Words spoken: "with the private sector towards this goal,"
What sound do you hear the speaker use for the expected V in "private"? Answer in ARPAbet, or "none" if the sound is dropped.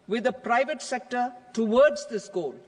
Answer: V